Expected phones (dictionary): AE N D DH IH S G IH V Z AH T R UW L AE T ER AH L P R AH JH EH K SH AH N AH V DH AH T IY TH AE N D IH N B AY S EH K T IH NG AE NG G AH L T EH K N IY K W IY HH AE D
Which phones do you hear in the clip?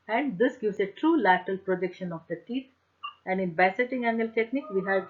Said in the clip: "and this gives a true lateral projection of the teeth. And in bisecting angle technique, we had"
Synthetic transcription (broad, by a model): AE N D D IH S G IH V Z AH T R UW L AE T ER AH L P R AH JH EH K SH AH N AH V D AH T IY T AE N D IH N B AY S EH T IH NG AE NG G AH L T EH K N IY K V IY HH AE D